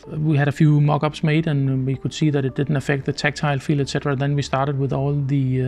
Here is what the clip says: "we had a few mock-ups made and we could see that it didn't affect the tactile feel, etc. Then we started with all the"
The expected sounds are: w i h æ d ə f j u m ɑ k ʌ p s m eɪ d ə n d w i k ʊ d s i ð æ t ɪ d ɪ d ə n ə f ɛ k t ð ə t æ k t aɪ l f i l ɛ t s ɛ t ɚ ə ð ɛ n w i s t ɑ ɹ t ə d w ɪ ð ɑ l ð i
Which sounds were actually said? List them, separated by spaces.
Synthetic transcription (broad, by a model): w i h æ d ə f j u m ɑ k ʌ b s m eɪ d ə n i k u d s i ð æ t ɪ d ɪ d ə n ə f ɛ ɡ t ð ə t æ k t aɪ l f i l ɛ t s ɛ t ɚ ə ð ɛ n w i s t ɑ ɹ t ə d w ɪ ð ɑ l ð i